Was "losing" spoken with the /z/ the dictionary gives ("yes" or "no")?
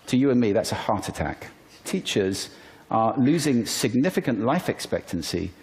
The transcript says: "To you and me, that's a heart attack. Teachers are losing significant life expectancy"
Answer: yes